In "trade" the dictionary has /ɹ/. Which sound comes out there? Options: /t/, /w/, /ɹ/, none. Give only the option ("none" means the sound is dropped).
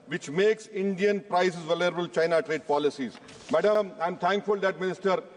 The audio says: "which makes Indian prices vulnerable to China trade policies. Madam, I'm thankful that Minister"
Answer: /ɹ/